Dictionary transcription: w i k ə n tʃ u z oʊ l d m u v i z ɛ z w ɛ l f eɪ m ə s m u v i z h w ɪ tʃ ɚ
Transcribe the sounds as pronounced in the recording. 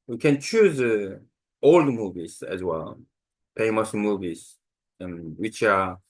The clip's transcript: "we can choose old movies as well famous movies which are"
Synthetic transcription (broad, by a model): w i k ə n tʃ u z oʊ l d m u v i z ɛ z w ɛ l p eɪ m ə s m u v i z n w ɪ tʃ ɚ